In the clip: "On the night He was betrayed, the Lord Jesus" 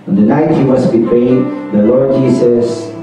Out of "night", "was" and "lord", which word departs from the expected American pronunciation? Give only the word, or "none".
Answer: was